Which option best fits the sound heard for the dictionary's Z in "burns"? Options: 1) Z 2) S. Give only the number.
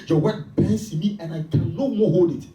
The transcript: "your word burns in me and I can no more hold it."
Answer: 2